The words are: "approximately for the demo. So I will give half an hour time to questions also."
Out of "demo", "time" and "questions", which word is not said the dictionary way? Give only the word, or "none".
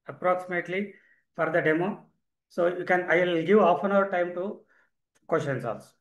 questions